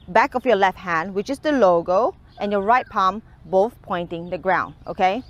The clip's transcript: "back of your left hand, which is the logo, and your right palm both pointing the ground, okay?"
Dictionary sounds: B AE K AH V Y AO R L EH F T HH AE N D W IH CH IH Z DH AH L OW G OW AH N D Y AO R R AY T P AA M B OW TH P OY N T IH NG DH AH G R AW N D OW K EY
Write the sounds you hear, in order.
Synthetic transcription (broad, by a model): B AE K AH F Y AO L EH F T HH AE N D W IH CH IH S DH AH L OW G OW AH N Y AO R R AY T P AA M B OW TH P OY N T IH NG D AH G R AW N D OW K EY